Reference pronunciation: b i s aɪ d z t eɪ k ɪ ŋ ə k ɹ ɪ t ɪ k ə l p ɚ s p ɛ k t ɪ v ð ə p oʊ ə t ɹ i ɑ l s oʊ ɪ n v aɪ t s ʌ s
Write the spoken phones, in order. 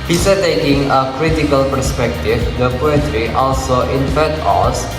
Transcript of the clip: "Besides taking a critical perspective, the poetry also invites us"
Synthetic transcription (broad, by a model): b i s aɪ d t eɪ k ɪ ŋ ə k ɹ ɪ t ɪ k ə l p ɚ s p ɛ k t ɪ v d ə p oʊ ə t ɹ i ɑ l s oʊ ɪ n f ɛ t ɔ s